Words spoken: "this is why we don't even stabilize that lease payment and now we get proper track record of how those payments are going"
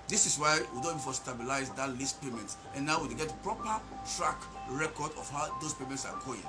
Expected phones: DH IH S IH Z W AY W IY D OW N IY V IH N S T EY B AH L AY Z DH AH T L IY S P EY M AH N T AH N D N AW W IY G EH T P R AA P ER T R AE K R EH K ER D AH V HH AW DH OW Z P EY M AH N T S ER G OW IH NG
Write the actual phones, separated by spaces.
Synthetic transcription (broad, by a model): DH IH S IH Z W AY W IY D OW N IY F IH S T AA B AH L AY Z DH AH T L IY S P EY M AH N T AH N N AW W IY G EH T P R AA P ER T R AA K R EH K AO D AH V HH AW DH OW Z P EY M AH N T S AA G OW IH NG